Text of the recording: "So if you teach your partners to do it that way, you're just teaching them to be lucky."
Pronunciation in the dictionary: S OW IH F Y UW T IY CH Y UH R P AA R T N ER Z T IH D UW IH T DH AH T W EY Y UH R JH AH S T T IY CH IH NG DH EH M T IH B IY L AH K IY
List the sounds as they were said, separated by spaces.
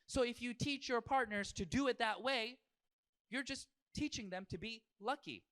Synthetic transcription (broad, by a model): S OW IH F Y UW T IY CH Y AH R P AA R T N ER Z T IH D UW IH T DH AH T W EY Y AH R JH AH S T T IY CH IH NG DH EH M T IH B IY L AH K IY